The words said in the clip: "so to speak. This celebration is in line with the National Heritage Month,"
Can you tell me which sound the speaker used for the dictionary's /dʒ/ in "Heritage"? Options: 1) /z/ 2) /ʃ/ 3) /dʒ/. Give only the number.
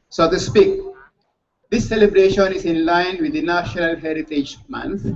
3